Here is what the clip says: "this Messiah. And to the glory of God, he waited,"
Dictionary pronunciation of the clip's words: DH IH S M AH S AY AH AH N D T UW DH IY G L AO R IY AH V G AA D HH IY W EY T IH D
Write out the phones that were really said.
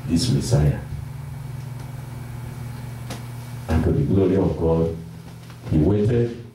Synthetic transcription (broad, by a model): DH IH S M AH S AY AH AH N T UW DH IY G L AO R IY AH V G AA D HH IY W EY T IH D